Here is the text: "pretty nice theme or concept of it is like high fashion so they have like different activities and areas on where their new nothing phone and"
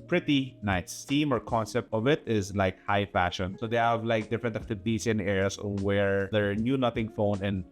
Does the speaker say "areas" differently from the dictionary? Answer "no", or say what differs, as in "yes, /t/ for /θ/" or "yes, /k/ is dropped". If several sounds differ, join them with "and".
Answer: yes, /s/ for /z/